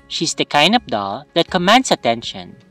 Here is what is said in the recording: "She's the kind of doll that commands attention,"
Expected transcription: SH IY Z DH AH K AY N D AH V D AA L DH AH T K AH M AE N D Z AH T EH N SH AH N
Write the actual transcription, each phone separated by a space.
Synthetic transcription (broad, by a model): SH IY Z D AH K AY N D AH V D AA L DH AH T K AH M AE N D S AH T EH N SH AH N